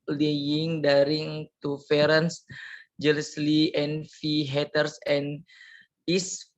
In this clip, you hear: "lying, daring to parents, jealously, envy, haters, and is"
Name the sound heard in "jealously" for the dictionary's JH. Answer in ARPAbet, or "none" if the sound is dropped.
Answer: JH